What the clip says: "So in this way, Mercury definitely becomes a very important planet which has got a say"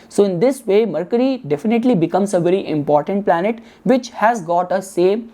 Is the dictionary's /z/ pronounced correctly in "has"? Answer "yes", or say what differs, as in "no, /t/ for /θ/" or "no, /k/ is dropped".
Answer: yes